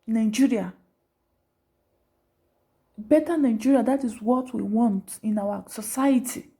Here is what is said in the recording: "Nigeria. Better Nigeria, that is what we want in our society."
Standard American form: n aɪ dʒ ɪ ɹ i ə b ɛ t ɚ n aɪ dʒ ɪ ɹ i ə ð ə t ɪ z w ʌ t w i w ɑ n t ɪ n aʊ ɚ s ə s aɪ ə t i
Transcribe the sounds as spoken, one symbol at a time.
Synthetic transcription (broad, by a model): n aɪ dʒ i ɹ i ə b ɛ t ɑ n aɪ dʒ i ɹ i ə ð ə t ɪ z w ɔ t w i w ɑ n t ɪ n aʊ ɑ s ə s aɪ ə t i